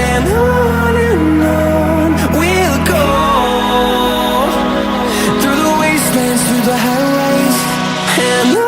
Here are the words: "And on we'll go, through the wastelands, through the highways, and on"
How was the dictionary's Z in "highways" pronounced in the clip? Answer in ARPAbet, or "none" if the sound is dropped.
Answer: none